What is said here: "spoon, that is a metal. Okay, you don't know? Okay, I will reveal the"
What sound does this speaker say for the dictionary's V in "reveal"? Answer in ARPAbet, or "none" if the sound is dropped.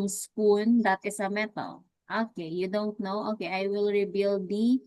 B